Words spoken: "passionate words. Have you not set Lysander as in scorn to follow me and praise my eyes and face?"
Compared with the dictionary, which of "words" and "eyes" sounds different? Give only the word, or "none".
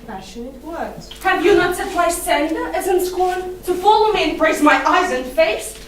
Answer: words